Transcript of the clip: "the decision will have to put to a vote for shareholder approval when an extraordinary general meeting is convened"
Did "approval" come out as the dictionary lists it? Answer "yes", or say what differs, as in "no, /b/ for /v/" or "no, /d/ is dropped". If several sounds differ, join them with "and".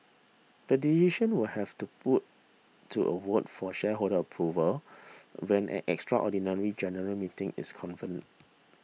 yes